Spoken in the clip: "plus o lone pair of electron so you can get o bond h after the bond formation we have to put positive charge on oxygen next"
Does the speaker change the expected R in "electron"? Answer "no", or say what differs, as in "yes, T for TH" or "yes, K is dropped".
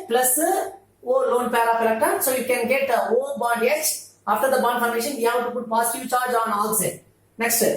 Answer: yes, R is dropped